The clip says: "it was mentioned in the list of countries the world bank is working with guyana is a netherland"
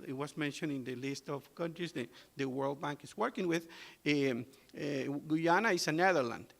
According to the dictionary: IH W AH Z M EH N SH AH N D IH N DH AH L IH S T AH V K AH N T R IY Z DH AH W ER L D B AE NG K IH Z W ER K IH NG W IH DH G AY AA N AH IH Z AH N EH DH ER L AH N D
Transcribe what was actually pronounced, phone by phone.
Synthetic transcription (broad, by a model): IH W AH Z M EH N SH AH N IH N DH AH L IH S T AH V K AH N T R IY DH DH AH W ER L D B AE NG K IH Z W ER K IH NG W IH DH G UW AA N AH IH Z AH N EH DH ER L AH N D